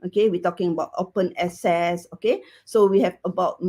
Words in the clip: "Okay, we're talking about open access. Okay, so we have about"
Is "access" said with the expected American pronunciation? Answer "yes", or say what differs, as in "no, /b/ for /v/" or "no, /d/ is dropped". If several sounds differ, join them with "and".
no, /k/ is dropped